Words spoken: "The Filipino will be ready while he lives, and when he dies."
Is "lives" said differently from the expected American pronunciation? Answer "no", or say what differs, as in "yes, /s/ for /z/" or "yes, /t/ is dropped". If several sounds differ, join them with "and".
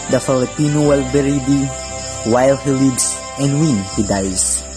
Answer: yes, /s/ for /z/